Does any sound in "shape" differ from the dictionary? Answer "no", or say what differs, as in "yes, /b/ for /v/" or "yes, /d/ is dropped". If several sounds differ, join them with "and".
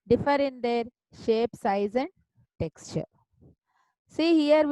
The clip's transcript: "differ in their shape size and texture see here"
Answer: no